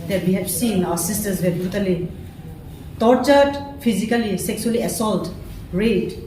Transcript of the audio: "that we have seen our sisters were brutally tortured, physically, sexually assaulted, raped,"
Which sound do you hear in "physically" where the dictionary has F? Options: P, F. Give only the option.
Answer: P